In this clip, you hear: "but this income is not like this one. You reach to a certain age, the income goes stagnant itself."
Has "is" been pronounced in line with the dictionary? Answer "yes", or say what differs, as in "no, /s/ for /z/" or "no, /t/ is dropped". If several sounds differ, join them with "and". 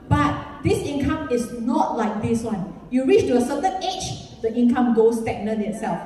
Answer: no, /s/ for /z/